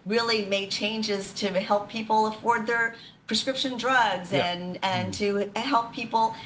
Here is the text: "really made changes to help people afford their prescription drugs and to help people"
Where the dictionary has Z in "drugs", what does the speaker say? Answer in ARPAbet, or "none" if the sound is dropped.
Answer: Z